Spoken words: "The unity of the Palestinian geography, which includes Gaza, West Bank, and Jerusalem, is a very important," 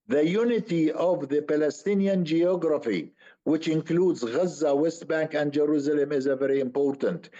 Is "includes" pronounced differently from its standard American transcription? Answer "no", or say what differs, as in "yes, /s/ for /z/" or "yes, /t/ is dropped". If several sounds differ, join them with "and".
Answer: no